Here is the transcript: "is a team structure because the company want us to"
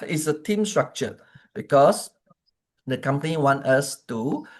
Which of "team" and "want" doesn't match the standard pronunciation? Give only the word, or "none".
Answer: none